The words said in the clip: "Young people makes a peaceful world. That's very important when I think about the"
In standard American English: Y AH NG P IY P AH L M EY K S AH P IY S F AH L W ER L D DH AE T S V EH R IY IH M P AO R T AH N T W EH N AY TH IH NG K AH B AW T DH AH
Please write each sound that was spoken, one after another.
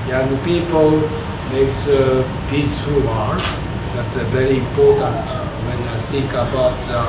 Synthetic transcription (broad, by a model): Y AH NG P IY P AH L M EY K S AH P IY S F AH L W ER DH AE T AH V EH R IY IH M P AO R T AH N T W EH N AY S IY K AH B AW T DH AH